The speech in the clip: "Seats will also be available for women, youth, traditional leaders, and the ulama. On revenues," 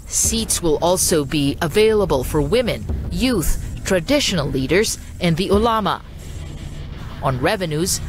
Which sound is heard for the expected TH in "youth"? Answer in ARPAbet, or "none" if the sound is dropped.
TH